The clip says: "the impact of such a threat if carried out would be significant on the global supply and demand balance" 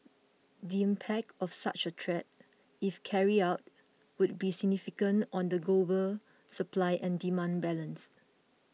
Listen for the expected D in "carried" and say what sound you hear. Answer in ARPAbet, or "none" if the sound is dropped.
none